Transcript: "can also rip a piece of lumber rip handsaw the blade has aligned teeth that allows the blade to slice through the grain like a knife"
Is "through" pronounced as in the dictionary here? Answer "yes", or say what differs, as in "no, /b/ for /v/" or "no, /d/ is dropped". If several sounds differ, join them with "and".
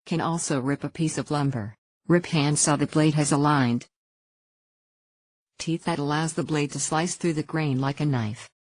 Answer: yes